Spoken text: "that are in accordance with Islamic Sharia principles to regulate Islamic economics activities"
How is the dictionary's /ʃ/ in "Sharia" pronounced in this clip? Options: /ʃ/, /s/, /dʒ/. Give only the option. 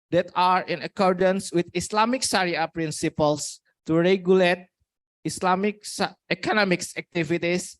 /s/